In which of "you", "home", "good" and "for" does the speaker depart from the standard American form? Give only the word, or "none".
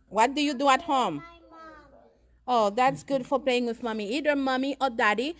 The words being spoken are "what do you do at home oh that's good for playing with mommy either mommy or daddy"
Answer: none